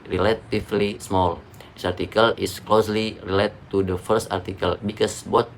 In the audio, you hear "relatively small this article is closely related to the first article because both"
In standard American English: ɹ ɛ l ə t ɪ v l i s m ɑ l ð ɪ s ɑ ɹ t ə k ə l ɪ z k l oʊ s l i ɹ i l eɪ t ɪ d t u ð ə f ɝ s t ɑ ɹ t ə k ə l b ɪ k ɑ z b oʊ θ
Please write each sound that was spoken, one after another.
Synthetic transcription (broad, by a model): ɹ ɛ l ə t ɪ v l i s m ɑ l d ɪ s ɑ ɹ t ə k ə l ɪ s k l oʊ s l i ɹ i l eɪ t t u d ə f ɝ s t ɑ ɹ t ə k ə l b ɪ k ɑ s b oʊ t